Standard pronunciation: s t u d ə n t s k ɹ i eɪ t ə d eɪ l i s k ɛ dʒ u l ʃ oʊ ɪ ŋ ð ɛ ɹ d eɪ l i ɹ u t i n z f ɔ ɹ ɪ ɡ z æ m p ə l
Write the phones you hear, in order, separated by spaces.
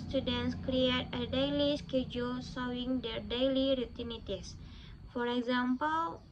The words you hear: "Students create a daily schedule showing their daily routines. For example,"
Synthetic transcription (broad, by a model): s t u d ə n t s k ɹ i eɪ t ə d eɪ l i s k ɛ dʒ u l s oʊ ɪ ŋ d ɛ ɹ d eɪ l i ɹ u t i n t f ɔ ɹ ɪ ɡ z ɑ m p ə l